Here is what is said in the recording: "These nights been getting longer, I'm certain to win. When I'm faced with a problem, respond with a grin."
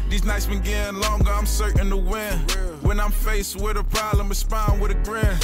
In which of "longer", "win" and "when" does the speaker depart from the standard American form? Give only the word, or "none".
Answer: none